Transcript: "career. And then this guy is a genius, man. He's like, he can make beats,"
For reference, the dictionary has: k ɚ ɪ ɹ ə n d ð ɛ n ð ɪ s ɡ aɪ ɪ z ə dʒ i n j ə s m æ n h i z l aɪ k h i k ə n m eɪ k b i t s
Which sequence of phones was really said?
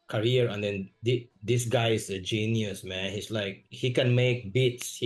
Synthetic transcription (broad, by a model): k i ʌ ɹ ə n d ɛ n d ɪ s ɡ aɪ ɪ s ə dʒ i n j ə s m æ n h i s l aɪ k h i k ə n m eɪ k b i t s